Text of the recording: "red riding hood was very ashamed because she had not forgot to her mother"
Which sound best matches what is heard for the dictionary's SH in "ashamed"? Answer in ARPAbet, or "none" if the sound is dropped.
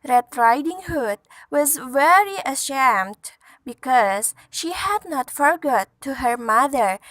SH